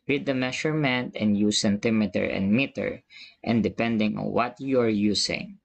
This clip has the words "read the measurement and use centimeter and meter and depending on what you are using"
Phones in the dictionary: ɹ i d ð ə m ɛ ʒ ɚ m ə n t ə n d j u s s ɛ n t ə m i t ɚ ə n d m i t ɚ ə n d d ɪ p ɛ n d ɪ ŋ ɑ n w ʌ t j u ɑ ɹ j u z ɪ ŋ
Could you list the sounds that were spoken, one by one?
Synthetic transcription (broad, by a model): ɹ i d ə m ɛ ʃ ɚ m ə n t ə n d j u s s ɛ n t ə m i t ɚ ə n d m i t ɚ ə n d d ɪ p ɛ n d ɪ ŋ ɑ n w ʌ t j u ɑ ɹ j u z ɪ ŋ